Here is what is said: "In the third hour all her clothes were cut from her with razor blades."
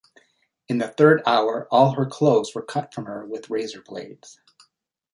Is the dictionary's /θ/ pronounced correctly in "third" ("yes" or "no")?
yes